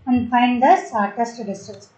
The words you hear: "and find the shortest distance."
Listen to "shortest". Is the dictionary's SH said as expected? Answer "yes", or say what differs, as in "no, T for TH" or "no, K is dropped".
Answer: no, S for SH